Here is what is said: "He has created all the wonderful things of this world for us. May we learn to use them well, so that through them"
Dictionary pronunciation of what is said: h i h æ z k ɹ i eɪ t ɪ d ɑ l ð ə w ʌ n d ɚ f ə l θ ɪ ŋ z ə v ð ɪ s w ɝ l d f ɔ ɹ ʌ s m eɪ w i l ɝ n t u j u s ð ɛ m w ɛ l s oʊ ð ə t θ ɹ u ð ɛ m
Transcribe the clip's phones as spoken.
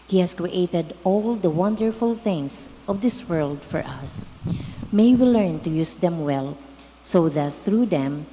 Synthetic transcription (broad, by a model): h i h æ s k ɹ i eɪ t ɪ d ɑ l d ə w ʌ n d ɚ f ə l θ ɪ ŋ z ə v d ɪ s w ɝ l d f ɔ ɹ ʌ s m eɪ w i l ɝ n t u j u s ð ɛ m w ɛ l s oʊ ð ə t θ ɹ u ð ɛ m